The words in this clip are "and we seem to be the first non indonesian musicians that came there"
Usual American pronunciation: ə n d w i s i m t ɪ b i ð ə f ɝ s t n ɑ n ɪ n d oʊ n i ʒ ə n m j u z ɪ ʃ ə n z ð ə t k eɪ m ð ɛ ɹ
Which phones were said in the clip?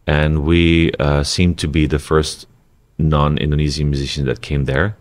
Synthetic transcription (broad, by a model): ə n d w i s i m t ɪ b i ð ə f ɝ s t n ɑ n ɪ n d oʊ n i z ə n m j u z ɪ ʃ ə n ð ə t k eɪ m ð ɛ ɹ